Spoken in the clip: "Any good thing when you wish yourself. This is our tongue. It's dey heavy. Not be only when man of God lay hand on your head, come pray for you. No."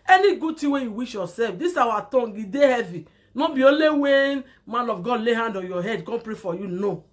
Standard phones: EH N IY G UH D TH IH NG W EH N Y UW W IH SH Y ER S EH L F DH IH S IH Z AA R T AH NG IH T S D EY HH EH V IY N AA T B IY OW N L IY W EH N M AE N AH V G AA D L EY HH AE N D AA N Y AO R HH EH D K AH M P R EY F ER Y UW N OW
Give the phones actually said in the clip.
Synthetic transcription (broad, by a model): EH N IY G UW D T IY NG W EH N Y UW W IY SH Y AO S EH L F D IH S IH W AA T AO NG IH D EY HH EH V IY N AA B IY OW L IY W EH N M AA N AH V G AA D L EY HH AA N D AA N Y AO HH EH D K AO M P R EY F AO Y UW N OW